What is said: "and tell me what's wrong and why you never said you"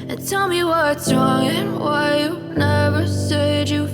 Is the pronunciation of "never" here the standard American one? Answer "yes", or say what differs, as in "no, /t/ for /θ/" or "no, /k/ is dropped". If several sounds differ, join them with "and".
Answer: yes